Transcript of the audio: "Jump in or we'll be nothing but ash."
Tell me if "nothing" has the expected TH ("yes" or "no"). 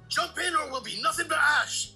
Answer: yes